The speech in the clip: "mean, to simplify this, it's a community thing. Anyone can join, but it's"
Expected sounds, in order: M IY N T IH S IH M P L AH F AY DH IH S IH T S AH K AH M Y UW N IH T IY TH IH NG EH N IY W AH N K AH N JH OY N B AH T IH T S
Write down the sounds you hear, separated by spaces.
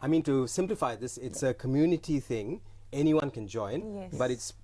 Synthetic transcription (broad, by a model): M IY N T IH S IH M P L AH F AY DH IH S IH T S AH K AH M Y UW N IH T IY TH IH NG EH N IY W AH N K AH N JH OY N B AH T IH T S